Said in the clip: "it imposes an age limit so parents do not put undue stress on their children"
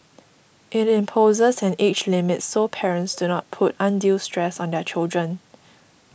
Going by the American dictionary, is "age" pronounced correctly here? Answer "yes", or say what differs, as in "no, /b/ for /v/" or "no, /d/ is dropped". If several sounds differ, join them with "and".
no, /tʃ/ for /dʒ/